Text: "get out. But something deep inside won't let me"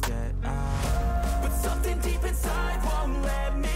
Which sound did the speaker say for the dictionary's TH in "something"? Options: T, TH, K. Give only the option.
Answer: TH